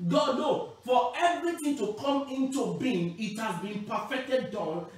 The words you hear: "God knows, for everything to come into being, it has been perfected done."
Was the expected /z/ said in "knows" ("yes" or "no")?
no